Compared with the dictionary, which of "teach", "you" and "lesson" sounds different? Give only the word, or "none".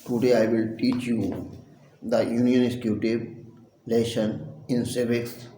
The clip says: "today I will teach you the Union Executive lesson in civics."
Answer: lesson